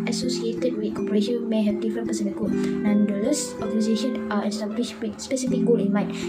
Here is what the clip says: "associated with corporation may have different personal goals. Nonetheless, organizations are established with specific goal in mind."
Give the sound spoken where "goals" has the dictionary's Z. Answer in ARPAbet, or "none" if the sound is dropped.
none